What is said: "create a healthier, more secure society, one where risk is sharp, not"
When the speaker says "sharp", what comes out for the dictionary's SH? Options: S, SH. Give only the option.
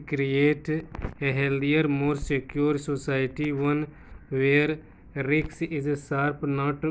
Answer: S